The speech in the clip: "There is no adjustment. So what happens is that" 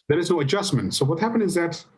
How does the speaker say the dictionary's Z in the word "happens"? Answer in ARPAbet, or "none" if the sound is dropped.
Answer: none